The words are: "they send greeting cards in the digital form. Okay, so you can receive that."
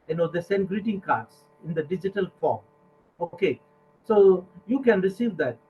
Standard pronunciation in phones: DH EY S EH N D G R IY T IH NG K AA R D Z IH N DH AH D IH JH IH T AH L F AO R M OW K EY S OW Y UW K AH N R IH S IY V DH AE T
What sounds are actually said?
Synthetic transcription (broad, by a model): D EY S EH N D G R IY T IH NG K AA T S IH N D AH D IH JH IH T AH L F AO R M OW K EY S OW Y UW K AH N R IH S IY V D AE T